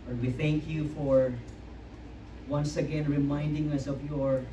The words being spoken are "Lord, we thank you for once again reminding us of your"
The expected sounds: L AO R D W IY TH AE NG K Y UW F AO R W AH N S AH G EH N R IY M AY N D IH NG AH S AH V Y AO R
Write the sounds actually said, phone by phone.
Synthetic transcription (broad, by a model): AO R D W IY TH AE NG K Y UW F AO R W AH N S AH G EH N R IY M AY N D IH NG AH S AH V Y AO R